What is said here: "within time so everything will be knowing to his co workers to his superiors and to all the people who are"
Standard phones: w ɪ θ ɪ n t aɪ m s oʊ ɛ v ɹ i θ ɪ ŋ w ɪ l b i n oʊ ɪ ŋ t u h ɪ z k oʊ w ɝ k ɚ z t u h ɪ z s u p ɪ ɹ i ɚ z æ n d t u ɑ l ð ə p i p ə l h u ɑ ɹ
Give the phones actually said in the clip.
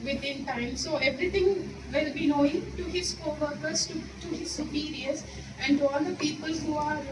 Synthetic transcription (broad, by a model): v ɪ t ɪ n t aɪ m s oʊ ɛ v ɹ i t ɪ ŋ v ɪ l b i n oʊ ɪ ŋ t u h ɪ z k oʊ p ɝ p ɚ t t u h ɪ z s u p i ɹ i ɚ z æ n d t u ɑ l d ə p i p ə l h u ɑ ɹ